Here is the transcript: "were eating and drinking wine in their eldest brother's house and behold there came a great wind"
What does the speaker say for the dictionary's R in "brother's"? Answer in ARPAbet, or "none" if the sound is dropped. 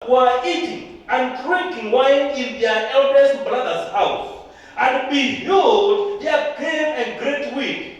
L